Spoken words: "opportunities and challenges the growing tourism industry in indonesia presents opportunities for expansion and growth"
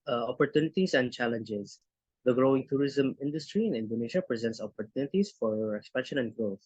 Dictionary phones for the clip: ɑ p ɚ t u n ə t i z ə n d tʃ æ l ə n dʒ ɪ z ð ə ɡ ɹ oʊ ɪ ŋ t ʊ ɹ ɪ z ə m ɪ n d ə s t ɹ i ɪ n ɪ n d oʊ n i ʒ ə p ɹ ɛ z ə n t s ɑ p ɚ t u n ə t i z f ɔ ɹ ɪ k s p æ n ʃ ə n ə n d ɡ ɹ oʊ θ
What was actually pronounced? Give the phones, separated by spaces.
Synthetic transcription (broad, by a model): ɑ p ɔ t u n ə t i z ə n d tʃ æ l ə n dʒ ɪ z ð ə ɡ ɹ oʊ ɪ ŋ t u ɹ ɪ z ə m ɪ n d ə s t ɹ i ɪ n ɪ n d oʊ n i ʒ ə p ɹ ɛ z ə n t s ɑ p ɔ t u n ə t i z f ɔ ɹ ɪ k s p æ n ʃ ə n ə n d ɡ ɹ oʊ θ